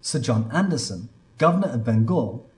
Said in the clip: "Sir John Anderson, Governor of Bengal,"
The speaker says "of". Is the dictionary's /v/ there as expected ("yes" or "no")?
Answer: yes